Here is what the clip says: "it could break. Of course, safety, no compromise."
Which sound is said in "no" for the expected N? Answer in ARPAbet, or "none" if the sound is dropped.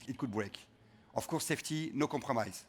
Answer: N